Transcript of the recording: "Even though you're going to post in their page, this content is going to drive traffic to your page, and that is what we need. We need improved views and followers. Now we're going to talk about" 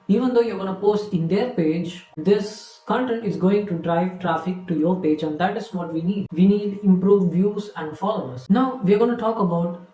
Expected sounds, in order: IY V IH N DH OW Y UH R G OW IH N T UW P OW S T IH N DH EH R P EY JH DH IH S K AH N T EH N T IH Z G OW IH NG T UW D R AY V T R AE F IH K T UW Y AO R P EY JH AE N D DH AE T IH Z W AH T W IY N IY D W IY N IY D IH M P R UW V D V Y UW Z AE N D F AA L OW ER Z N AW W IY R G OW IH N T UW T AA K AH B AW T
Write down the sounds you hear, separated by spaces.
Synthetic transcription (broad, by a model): IY V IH N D OW Y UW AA G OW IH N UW P OW S T IH N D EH R P EY JH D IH S K AH N T EH N T IH Z G OW IH NG T UW D R AY V T R AE F IH K T UW Y AO R P EY JH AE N D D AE T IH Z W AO T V IY N IY D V IY N IY D IH M P R UW V D V Y UW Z AE N D F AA L OW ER S N AW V IY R G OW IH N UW T AA K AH B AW T